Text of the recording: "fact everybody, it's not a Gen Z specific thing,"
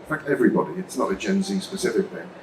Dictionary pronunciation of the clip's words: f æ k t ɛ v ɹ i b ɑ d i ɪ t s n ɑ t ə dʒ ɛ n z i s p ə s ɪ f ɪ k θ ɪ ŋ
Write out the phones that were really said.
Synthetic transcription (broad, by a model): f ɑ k t ɛ v ɹ i b ɑ d i ɪ t s n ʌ t ə dʒ ɛ n z i s p ə s ɪ f ɪ k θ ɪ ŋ